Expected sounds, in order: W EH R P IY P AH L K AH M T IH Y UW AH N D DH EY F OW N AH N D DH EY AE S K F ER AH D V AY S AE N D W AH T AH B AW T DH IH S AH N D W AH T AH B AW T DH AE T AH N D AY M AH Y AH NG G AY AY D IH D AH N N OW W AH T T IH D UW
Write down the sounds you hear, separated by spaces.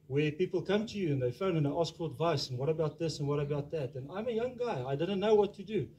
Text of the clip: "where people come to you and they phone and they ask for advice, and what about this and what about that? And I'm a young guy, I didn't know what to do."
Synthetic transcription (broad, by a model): W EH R P IY P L K AH M T IH Y UW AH N DH EY F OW AH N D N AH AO S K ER AH D V AY S N W AH T AH B AW T DH IH S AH N W AH T AH B AW T DH AE T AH N AY M AH Y AH NG G AY AY D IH D N N OW W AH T T IH D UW